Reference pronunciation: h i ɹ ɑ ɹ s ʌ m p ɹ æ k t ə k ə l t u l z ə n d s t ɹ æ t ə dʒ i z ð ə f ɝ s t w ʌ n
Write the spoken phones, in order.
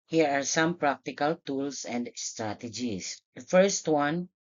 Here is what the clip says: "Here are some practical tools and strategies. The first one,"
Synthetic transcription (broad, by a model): h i ɹ ɑ ɹ s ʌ m p ɹ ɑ k t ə k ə l t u l s ə n d s t ɹ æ t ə dʒ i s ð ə f ɝ s t w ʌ n